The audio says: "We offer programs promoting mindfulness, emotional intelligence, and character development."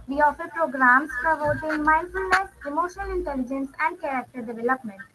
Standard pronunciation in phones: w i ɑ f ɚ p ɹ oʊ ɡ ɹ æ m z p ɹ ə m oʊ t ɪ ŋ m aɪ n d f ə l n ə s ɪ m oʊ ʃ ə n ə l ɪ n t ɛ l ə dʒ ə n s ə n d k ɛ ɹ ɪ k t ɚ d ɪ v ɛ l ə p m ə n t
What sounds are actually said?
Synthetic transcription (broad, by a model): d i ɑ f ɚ p ɹ oʊ ɡ ɹ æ m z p ɹ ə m oʊ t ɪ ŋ m aɪ n d f ə l n ə s ɪ m oʊ ʃ ə n ə l ɪ n t ɛ l ə dʒ ə n s ə n d k ɛ ɹ ɪ k t ɚ d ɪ v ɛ l ə p m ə n t